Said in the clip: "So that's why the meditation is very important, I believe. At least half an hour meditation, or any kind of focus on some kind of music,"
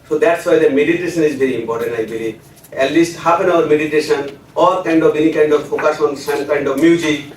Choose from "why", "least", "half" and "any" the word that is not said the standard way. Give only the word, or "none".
half